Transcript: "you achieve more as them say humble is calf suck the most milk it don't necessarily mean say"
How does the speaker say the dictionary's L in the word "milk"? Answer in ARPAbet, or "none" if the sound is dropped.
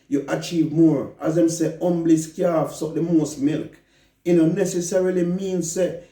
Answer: L